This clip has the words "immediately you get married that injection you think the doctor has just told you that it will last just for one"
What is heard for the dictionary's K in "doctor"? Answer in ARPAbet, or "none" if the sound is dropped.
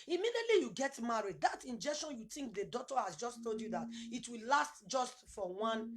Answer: none